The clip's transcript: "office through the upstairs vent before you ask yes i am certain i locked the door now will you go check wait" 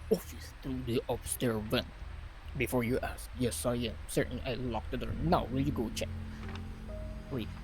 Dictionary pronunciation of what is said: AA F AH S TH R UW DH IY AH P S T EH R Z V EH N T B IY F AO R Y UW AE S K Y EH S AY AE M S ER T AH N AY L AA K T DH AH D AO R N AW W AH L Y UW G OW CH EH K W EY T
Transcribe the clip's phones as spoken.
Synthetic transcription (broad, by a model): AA F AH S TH R UW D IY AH B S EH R V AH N B IY F AO R Y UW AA S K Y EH S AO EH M S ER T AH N AY L AA K T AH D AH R N AW W AH L Y UW G OW CH EH K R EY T